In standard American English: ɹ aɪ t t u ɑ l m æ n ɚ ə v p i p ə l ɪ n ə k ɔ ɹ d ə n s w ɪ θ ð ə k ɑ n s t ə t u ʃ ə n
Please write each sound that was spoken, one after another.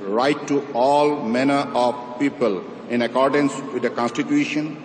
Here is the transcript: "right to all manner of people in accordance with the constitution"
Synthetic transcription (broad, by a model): ɹ aɪ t t u ɑ l m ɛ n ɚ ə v p i p ə l ɪ n ə k ɔ ɹ d ə n s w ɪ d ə k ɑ n s t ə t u ʃ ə n